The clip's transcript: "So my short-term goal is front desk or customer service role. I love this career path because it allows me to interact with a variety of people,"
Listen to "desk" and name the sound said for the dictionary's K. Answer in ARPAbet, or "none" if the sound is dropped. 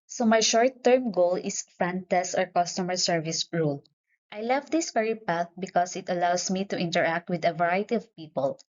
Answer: none